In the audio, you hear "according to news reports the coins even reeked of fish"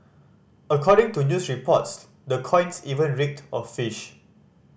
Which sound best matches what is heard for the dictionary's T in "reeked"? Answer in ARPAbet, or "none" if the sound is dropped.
T